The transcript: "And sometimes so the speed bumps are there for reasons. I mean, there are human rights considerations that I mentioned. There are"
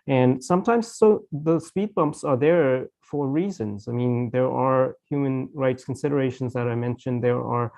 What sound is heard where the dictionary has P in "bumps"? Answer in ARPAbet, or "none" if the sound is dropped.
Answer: P